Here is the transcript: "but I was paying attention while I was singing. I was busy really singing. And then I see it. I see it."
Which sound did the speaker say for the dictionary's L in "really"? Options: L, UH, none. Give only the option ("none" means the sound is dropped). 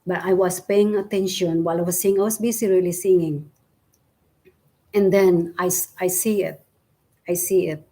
L